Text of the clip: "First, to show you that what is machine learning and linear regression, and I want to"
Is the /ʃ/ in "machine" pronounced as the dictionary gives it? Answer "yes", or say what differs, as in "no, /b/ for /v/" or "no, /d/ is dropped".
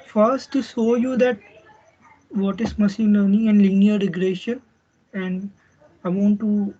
no, /s/ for /ʃ/